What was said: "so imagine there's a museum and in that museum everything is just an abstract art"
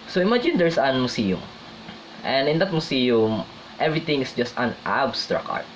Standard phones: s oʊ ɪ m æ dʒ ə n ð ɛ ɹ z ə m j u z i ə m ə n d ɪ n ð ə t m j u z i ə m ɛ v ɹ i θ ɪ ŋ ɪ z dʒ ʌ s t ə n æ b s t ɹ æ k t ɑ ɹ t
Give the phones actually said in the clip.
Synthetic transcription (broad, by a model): s oʊ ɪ m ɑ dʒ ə n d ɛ ɹ s ə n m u s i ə m ə n d ɪ n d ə t m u s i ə m ɛ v ɹ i t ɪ ŋ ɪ s dʒ ʌ s t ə n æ b s t ɹ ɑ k ɑ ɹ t